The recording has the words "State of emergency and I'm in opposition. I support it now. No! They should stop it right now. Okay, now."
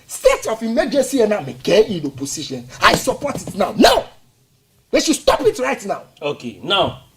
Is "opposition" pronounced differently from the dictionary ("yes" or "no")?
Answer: yes